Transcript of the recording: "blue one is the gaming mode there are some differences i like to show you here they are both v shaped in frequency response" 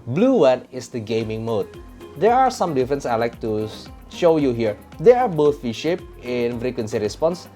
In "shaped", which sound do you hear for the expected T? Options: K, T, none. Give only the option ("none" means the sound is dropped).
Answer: none